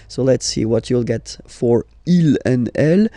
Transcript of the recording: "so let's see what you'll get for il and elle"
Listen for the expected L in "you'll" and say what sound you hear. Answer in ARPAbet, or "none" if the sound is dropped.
L